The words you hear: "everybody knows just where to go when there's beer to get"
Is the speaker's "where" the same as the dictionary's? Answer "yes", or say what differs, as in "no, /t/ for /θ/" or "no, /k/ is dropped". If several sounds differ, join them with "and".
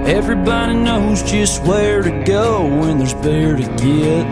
yes